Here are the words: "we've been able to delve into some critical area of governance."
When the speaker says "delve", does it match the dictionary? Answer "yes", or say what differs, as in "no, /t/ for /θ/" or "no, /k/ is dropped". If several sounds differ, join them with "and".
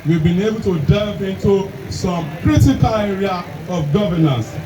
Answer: no, /l/ is dropped